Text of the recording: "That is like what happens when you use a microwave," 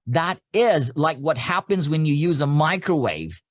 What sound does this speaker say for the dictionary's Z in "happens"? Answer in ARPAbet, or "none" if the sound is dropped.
Z